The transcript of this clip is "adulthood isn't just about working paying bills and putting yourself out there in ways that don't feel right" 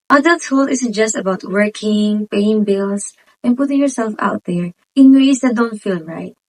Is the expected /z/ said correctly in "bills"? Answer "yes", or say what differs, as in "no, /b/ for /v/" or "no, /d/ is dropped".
no, /s/ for /z/